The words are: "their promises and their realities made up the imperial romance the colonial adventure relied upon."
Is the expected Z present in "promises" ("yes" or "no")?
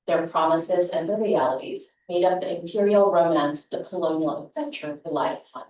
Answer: yes